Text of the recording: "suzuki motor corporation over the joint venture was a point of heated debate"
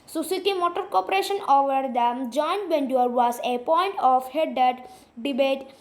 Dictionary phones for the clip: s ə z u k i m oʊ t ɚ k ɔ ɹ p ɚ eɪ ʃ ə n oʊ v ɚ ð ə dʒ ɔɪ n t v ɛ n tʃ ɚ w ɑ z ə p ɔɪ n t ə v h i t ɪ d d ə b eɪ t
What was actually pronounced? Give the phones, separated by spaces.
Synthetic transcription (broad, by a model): s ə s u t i m oʊ t ɚ k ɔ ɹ p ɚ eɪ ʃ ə n oʊ v ɚ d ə dʒ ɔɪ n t b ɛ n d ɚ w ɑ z ə p ɔɪ n t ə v h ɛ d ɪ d d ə b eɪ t